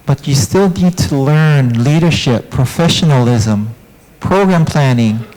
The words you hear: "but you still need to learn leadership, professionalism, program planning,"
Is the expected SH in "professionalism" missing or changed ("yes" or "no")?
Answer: no